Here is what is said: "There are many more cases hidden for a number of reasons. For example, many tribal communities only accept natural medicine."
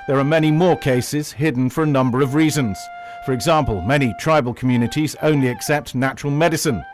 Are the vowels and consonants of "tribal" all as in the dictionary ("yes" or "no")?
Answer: yes